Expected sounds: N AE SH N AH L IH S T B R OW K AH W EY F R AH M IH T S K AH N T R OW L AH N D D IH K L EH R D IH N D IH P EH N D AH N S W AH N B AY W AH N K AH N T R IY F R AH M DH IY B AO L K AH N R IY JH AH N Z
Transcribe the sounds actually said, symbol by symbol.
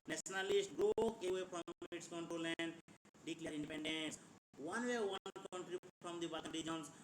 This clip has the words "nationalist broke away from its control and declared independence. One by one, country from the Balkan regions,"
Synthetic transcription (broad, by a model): N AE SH N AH L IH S T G R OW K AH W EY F R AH M IH T S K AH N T OW L AH N D D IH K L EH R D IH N D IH P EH N D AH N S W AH N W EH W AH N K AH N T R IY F R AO M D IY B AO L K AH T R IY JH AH N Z